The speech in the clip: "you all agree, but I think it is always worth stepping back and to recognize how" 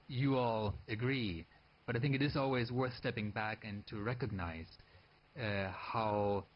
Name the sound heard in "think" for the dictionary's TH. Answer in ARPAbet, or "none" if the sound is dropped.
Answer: TH